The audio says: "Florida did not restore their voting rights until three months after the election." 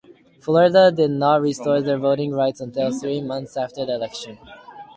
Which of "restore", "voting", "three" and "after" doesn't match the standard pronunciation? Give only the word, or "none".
none